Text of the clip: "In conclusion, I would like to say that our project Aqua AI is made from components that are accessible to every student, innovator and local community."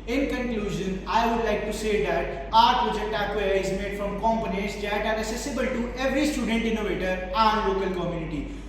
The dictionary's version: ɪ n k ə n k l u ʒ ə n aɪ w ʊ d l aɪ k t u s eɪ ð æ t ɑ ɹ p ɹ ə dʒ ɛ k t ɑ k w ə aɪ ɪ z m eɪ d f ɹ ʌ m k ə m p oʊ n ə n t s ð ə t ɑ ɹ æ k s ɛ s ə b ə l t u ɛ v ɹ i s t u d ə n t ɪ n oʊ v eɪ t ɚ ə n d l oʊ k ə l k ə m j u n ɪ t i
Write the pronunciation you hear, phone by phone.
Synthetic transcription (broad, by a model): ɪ n k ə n k l u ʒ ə n aɪ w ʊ d l aɪ k t u s eɪ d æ t ɑ ɹ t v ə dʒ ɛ t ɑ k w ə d ɪ z m eɪ d f ɹ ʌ m k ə m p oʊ n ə t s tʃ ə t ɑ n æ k s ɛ s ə b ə l t u ɛ v ɹ i s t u d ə n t ɪ n oʊ v eɪ t ɚ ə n l oʊ k ə l k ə m j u n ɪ t i